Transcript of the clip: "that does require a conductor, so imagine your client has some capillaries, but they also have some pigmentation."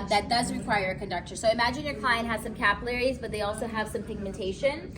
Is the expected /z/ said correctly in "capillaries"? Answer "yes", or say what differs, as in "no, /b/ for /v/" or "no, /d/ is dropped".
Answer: yes